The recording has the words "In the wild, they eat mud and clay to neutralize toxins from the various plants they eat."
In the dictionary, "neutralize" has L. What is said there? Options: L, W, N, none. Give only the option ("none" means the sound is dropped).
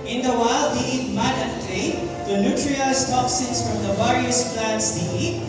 none